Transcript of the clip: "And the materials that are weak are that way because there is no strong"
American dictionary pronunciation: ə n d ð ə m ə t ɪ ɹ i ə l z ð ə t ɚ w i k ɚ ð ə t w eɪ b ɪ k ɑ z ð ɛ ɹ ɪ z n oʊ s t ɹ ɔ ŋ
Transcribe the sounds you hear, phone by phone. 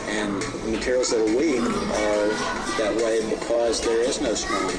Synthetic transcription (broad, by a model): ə n ð ə m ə t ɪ ɹ i l z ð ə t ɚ w i k ɚ ð ə t w eɪ b ɪ k ɑ z ð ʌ ɹ ɪ z n oʊ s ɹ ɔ